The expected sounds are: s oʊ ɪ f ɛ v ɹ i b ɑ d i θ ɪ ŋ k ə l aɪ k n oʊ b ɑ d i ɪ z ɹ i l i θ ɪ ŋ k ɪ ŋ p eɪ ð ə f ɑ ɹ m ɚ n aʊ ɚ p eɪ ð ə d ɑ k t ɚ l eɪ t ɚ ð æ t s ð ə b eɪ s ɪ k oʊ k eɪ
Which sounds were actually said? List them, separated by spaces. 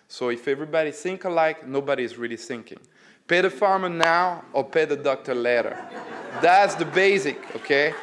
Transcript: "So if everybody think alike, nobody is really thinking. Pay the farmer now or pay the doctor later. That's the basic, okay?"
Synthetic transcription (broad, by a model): s oʊ ɪ f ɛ v ɹ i b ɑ d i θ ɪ ŋ k ə l aɪ k n oʊ b ɑ d i ɪ z ɹ i l i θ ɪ ŋ k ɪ ŋ p eɪ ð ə f ɑ ɹ m ɚ n aʊ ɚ p eɪ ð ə d ɑ k t ɚ l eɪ t ɚ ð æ t s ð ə b eɪ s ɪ k oʊ k eɪ